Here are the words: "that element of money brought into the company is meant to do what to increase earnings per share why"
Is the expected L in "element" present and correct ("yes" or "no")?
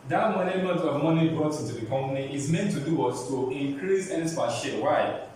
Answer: no